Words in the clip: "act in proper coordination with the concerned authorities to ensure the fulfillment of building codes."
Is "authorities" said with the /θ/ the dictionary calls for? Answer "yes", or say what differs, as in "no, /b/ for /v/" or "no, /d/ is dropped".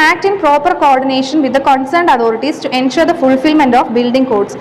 no, /t/ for /θ/